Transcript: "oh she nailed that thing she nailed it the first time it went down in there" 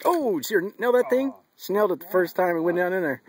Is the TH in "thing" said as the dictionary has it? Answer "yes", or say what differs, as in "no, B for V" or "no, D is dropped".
yes